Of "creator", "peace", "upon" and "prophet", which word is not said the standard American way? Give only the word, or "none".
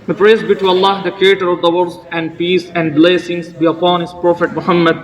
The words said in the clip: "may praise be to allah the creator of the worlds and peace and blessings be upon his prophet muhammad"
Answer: none